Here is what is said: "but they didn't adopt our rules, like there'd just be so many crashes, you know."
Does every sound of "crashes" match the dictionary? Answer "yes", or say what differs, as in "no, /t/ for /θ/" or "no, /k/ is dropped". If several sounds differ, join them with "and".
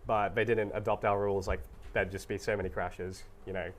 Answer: yes